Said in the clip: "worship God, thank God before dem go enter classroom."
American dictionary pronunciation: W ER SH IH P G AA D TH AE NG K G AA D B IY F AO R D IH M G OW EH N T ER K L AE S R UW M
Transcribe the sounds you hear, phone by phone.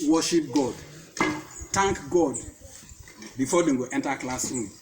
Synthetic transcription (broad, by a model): W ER SH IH P G AA D T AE NG K G AA D B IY F AO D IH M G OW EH N T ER K L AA S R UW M